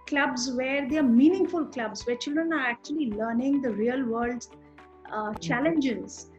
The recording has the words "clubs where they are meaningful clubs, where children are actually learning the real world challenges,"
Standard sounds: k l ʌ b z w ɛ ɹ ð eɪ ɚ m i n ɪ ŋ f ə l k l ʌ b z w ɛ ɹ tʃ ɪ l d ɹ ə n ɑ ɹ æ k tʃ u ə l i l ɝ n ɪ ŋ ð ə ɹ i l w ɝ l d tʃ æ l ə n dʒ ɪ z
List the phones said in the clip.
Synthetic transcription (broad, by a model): k l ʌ b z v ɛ ɹ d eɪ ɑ m i n ɪ ŋ f ə l k l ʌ b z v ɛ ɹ tʃ ɪ l d ɹ ə n ɑ ɹ æ k tʃ u ə l i l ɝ n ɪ ŋ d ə ɹ i l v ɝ l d tʃ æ l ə n dʒ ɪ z